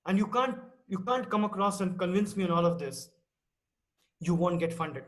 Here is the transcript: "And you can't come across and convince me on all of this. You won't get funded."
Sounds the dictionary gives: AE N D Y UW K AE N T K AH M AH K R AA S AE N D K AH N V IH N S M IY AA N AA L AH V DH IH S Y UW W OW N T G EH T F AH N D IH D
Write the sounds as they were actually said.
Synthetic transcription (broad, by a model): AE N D Y UW K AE N T K AH M AH K R AA S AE N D K AH N V IH N S M IY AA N AA L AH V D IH S Y UW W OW N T G EH T F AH N D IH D